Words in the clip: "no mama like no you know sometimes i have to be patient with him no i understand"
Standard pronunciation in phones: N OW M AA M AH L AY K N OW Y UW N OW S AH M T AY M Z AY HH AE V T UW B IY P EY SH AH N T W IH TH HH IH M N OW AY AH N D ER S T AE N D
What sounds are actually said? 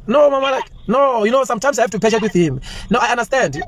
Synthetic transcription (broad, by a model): N OW M AA M AH L AY K N OW Y UW N OW S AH M T AY M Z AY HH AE F T UW P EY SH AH T W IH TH HH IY M N OW AY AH N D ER S T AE N D